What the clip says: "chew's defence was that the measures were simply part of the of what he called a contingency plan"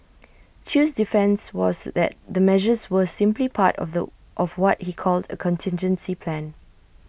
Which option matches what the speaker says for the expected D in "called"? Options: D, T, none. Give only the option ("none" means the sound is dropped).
D